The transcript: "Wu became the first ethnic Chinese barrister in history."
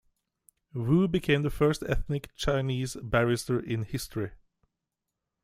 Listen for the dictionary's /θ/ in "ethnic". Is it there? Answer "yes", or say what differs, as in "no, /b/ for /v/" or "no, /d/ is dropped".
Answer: yes